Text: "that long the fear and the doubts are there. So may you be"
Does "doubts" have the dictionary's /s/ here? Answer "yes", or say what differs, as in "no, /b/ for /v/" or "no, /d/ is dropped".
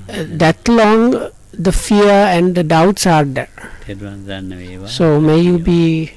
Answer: yes